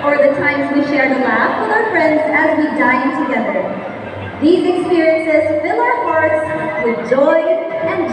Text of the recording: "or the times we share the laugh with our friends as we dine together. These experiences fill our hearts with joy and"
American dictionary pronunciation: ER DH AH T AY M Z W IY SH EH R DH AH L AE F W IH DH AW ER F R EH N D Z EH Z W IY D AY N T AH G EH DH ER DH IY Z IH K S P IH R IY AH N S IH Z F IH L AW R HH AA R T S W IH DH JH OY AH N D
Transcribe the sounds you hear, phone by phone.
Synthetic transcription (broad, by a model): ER DH AH T AY M Z W IY SH EH R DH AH L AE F W IH DH AW ER F R EH N D Z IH Z W IY D AY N T AH G EH DH ER DH IY Z IH K S P IH R IY AH N S IH Z F IH L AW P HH AA R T S W IH DH JH OY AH N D